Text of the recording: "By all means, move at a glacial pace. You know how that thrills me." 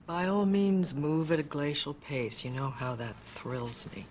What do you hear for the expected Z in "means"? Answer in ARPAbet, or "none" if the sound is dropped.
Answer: Z